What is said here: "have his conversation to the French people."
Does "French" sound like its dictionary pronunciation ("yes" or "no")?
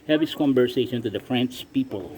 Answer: no